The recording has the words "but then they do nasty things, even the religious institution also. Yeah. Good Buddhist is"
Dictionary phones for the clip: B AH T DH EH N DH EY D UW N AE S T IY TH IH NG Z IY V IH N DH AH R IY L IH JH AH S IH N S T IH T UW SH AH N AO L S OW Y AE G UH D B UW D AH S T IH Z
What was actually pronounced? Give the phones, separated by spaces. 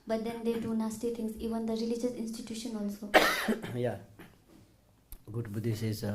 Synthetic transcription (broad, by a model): B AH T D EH N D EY D UW N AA S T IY T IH NG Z IY V IH N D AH R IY L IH JH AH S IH N S T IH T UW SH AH N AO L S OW Y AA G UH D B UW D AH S IH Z